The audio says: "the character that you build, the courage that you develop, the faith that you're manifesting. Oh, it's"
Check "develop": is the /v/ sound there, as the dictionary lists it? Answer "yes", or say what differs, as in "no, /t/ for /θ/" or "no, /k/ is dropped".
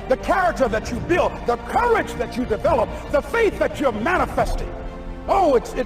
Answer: yes